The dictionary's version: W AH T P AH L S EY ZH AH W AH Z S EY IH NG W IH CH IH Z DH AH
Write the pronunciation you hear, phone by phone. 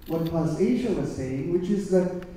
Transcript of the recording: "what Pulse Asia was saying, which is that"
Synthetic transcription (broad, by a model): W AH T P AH S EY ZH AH W AH Z S EY IH NG W IH CH IH Z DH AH